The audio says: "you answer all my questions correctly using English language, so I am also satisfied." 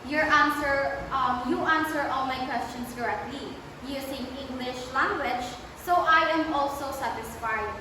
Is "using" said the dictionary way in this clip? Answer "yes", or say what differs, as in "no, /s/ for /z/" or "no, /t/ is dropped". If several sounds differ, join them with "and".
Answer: no, /s/ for /z/